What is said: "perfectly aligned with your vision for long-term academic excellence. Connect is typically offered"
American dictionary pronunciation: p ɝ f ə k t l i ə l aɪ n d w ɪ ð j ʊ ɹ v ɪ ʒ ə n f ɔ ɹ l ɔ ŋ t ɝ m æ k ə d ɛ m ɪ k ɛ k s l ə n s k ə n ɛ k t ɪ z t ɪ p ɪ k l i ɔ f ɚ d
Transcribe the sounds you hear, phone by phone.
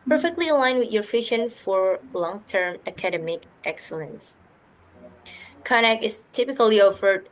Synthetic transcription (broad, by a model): p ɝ f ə k t l i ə l aɪ n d w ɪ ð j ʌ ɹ f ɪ ʃ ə n f ɔ ɹ l ɔ ŋ t ɝ m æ k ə d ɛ m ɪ k ɛ k s l ə n s k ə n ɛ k ɪ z t ɪ p ɪ k l i ɔ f ɚ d